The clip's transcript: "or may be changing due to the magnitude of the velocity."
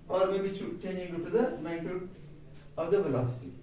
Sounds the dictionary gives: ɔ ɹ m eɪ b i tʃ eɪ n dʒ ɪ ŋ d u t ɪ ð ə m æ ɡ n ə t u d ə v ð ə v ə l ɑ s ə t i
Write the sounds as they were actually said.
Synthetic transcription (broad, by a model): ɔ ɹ m eɪ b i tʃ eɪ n ɪ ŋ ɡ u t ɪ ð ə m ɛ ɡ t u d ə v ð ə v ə l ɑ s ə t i